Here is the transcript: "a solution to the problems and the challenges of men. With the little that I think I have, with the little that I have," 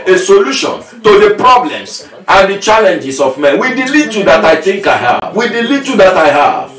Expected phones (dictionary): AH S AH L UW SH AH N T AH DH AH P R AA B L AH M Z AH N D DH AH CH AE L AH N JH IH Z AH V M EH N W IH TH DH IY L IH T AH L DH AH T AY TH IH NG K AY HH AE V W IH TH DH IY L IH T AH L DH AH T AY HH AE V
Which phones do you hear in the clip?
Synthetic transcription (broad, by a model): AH S AH L UW SH AH N T AH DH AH P R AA B L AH M S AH N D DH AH CH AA L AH N JH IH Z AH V M EH N W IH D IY L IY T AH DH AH T AY TH IH NG K AY HH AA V W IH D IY L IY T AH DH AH T AY HH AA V